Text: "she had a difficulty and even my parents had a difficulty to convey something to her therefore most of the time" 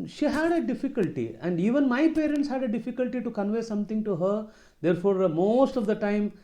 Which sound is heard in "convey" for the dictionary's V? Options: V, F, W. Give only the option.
V